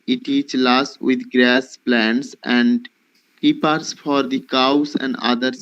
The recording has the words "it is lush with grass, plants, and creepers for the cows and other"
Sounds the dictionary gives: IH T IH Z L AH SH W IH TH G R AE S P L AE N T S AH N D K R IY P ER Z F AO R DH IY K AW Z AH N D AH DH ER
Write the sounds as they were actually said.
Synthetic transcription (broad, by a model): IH T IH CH L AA S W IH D G R AE S P L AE N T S AH N D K IY P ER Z F AO R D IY K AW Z AH N D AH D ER